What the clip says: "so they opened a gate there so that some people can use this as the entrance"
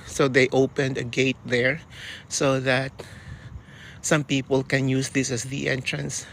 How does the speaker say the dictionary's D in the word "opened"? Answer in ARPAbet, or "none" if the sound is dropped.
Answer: D